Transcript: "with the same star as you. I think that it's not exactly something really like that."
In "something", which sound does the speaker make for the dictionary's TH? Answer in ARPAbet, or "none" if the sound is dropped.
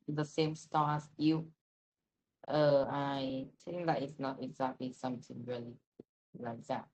T